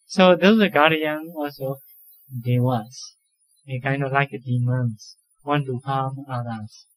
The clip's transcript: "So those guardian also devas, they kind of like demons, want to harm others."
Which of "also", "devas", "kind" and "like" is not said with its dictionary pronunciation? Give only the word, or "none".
devas